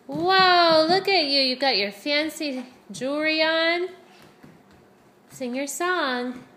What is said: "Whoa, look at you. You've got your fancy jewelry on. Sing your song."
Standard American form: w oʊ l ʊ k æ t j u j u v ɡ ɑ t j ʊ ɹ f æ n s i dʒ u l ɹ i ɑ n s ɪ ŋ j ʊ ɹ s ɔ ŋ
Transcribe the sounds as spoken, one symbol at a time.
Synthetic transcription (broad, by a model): w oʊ l ʊ k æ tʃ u j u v ɡ ɑ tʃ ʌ ɹ f æ n s i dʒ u ɹ i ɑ n s ɪ ŋ j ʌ ɹ s ɔ ŋ